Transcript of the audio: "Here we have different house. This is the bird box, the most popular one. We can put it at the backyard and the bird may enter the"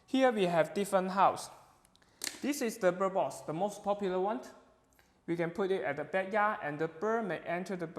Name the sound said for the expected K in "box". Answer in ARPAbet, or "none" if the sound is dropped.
none